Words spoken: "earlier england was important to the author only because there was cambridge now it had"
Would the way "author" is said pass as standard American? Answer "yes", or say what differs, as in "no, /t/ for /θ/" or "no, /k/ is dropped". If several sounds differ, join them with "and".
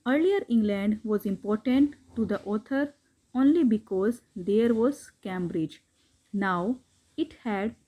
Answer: no, /t/ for /θ/